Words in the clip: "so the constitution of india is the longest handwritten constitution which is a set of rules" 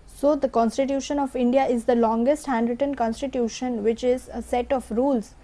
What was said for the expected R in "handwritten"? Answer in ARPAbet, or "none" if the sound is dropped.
R